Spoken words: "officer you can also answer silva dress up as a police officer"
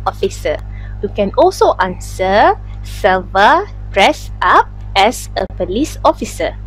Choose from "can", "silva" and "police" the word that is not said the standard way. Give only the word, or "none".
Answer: silva